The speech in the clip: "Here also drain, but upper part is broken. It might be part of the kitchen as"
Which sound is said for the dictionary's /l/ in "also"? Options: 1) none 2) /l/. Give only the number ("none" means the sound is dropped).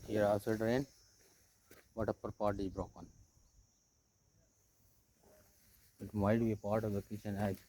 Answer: 1